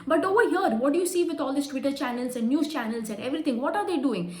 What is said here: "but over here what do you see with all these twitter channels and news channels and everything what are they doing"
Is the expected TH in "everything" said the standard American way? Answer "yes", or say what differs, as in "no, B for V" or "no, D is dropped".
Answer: no, T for TH